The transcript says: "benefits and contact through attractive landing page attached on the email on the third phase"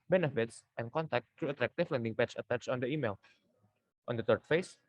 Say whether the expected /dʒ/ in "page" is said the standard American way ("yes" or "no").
no